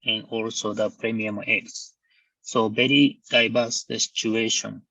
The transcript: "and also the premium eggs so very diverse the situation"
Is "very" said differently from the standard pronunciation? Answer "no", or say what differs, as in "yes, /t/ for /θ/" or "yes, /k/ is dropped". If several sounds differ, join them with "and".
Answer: yes, /b/ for /v/